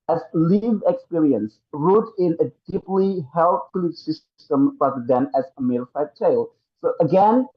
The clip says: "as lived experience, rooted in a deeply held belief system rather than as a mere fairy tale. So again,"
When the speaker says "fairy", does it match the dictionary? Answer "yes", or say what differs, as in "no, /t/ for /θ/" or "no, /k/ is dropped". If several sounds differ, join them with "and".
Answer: no, /ɹ/ is dropped